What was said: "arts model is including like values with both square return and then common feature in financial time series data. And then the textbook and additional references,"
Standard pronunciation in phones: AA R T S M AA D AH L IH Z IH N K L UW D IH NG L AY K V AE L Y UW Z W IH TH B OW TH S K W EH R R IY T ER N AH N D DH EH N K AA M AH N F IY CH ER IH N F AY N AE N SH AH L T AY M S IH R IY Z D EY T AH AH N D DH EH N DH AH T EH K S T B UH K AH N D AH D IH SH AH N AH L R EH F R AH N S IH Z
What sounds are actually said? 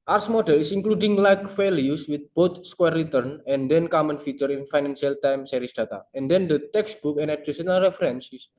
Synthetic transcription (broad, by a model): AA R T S M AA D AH L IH S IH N K L UW D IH NG L AY K F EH L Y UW S W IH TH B OW T S K W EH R R IY T ER N AH N D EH N K AA M AH N F IY CH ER IH N F AY N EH N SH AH L T AY M S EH R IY S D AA T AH AH N D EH N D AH T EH K S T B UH K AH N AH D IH S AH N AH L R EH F R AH N S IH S